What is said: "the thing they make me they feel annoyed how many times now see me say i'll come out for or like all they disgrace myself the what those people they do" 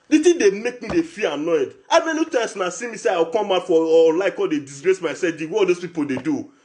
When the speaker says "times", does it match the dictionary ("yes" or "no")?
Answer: no